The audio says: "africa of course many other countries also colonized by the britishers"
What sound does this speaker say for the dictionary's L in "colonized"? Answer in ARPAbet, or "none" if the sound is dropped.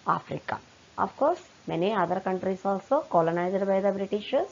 L